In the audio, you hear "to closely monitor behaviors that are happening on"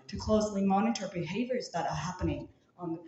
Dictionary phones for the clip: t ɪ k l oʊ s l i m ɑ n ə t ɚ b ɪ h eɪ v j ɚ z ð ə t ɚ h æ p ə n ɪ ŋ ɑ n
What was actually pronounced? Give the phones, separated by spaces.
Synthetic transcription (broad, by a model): t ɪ k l oʊ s l i m ɑ n ə t ɚ b ɪ h eɪ v j ɚ z ð ə t ɚ h æ p ə n ɪ ŋ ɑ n